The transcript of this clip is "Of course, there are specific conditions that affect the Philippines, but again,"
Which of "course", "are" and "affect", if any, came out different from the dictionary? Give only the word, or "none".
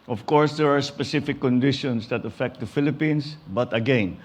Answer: none